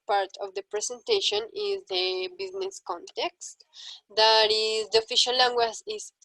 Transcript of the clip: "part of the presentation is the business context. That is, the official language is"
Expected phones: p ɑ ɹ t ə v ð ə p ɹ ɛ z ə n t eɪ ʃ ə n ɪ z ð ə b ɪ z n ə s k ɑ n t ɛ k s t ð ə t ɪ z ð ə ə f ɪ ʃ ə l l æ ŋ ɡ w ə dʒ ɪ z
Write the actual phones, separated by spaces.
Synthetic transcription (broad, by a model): p ɑ ɹ t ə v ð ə p ɹ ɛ s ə n t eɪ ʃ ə n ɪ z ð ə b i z n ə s k ɑ n t ɛ k s t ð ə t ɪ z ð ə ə f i ʃ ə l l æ ŋ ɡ w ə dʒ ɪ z